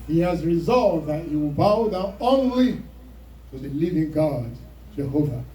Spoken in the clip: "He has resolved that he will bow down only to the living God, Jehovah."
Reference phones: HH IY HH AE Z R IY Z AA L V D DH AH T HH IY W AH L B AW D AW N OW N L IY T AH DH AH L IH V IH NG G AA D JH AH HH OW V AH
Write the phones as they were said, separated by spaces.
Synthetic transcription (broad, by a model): HH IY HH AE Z R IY Z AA L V DH AH T HH IY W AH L B AW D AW OW N L IY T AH DH AH L IH V IH NG G AA D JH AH HH OW V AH